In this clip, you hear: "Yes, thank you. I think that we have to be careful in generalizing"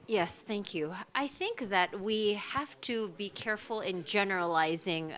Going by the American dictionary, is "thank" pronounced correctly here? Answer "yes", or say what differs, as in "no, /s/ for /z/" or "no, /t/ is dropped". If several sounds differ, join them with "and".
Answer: yes